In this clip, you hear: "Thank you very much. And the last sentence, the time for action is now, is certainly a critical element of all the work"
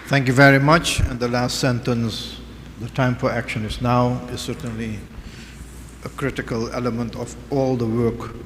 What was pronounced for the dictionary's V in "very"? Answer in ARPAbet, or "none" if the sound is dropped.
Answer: V